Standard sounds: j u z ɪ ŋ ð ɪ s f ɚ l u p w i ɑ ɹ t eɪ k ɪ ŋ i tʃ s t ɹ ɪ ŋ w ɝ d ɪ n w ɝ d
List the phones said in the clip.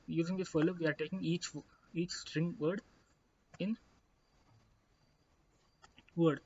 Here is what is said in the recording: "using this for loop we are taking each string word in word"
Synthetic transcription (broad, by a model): j u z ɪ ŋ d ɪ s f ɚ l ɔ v i ɑ ɹ t eɪ k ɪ ŋ i tʃ s t ɹ ɪ ŋ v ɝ d ɪ n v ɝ d